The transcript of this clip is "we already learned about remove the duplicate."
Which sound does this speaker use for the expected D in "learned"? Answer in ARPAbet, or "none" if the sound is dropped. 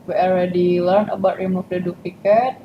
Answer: none